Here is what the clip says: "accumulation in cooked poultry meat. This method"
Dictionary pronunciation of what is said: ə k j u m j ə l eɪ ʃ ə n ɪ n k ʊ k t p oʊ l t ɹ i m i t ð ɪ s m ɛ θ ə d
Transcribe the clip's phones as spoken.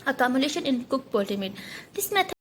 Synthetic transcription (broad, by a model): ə k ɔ m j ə l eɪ ʃ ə n ɪ n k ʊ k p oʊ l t i m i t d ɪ s m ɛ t